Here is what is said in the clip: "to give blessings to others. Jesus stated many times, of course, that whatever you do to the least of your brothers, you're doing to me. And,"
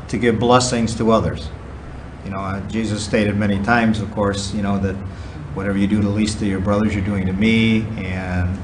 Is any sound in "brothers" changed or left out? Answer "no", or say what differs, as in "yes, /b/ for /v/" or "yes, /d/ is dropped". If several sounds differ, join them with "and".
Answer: no